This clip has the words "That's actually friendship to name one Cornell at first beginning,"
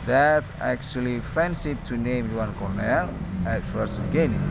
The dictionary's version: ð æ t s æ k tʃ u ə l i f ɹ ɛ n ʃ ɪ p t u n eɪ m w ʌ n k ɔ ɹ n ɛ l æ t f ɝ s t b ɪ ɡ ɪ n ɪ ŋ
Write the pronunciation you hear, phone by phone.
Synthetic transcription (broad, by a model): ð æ t s æ k tʃ u ə l i f ɛ n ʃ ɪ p t u n eɪ m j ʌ n k ɔ ɹ n ɛ l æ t f ɝ s t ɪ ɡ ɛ n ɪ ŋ